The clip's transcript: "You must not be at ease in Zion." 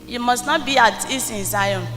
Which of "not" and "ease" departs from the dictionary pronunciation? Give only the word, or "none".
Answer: ease